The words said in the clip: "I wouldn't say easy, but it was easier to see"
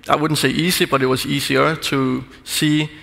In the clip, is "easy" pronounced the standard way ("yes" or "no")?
no